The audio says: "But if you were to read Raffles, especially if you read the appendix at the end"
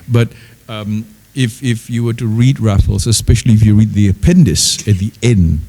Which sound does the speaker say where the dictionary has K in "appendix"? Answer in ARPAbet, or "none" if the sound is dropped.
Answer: none